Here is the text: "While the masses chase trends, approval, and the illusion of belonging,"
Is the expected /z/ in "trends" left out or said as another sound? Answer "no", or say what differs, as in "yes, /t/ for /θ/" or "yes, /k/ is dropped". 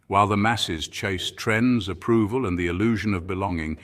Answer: no